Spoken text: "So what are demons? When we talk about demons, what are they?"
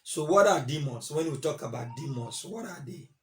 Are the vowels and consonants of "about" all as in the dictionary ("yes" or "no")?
yes